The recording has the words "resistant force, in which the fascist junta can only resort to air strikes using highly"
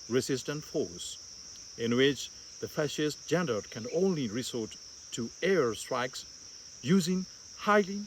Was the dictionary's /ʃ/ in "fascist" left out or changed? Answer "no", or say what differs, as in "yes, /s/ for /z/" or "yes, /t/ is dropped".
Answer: no